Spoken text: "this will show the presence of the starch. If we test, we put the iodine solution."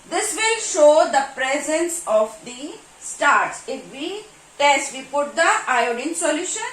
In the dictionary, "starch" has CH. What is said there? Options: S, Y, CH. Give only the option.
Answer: S